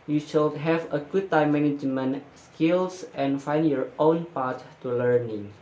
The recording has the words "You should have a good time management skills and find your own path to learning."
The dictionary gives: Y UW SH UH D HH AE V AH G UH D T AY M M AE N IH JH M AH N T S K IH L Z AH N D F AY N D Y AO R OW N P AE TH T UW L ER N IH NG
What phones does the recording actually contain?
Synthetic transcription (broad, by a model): Y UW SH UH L HH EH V AH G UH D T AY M M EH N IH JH M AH N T S K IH L S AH N F AY N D Y AO R OW N P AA T T UW L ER N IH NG